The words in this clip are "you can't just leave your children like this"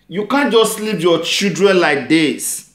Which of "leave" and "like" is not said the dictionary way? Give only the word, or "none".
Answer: leave